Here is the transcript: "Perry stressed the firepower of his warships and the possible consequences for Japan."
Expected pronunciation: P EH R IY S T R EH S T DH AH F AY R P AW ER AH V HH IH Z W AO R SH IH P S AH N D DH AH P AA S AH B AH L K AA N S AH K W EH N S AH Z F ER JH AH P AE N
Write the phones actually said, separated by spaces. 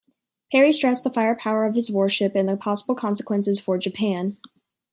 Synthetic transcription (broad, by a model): P EH R IY S T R EH S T DH AH F AY R P AW ER AH V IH Z W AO R SH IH P AH N DH AH P AA S AH B L K AA N S AH K W EH N S AH Z F ER JH AH P AE N